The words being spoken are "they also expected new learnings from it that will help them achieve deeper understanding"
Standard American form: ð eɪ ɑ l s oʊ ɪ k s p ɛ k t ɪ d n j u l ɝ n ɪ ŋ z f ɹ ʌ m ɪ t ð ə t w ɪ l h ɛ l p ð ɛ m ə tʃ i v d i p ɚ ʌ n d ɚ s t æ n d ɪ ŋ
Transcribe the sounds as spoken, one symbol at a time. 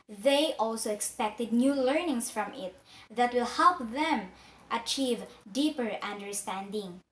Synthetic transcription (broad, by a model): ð eɪ ɑ l s oʊ ɪ k s p ɛ k t ɪ d n j u l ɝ n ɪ ŋ s f ɹ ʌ m ɪ t ð ə t w ɪ l h ɛ l p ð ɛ m ə tʃ i v d i p ɚ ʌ n d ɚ s t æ n d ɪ ŋ